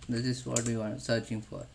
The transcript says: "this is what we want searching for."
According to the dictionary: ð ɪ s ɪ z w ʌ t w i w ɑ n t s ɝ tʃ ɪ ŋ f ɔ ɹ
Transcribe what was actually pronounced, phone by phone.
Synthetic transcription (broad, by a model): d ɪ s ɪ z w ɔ t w i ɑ t s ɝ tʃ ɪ ŋ f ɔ ɹ